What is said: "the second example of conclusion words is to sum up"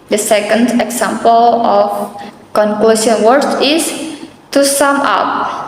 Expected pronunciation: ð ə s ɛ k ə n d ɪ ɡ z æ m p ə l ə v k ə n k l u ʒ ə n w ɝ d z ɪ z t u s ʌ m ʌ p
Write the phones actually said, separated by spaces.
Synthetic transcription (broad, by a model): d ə s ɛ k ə n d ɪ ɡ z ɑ m p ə l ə f k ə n k l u s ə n w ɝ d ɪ s t u s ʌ m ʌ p